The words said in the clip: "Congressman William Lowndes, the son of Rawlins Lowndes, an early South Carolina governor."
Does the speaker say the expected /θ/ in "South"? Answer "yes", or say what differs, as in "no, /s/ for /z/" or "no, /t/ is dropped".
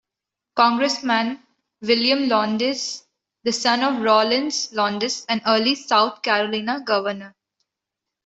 no, /t/ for /θ/